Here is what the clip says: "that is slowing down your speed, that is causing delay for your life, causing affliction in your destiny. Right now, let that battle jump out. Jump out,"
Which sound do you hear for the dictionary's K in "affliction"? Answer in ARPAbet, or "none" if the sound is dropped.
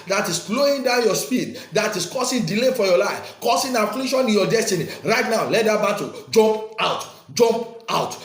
none